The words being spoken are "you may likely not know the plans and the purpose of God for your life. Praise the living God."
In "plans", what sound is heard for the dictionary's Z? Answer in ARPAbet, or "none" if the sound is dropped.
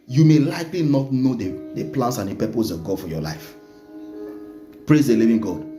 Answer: S